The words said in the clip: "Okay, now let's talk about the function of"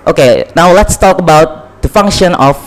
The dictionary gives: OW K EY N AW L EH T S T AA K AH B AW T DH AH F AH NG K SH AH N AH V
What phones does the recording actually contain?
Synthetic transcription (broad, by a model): OW K EY N AW L EH T S T AA K AH B AW T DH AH F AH NG K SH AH N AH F